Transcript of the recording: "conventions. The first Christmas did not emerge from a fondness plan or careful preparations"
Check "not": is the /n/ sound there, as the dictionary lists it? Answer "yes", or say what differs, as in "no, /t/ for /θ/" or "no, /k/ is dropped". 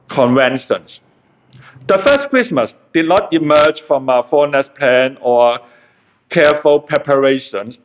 yes